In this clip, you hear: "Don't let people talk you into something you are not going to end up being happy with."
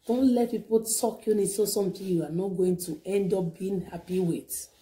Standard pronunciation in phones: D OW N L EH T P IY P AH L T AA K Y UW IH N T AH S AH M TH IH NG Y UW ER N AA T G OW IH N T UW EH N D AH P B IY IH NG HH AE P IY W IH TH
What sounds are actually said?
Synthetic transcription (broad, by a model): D OW N L EH T P IY P AH L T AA K Y UW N S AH S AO M T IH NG Y UW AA N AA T G OW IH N T UW EH N D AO P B IY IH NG HH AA P IY W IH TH